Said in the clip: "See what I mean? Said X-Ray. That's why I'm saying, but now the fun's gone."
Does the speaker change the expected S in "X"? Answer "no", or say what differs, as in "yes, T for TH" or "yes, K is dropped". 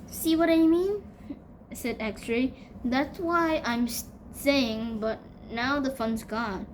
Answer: no